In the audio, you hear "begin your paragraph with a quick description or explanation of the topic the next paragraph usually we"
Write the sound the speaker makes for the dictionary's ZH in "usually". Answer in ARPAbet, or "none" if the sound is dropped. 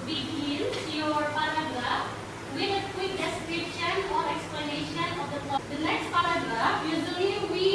Z